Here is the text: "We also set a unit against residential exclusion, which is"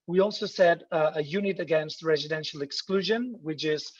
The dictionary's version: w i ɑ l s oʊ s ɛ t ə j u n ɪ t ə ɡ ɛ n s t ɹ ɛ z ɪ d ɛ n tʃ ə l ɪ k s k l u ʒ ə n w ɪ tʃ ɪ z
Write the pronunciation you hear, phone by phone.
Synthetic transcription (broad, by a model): w i ɑ l s oʊ s ɛ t ə j u n ɪ t ə ɡ ɛ n s t ɹ ɛ z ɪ d ɛ n ʃ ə l ɪ k s k l u ʒ ə n w ɪ tʃ ɪ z